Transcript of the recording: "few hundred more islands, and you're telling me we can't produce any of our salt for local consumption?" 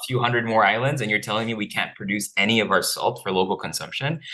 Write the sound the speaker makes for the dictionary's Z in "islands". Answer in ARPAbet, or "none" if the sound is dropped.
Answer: Z